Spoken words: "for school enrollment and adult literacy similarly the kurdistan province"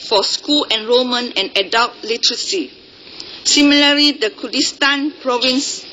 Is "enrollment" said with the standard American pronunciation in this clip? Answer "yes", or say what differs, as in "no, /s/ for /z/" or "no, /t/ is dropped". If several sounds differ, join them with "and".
no, /l/ is dropped and /t/ is dropped